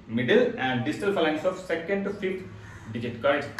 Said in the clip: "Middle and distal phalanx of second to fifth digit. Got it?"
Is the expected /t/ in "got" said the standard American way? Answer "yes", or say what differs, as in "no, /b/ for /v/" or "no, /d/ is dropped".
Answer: no, /t/ is dropped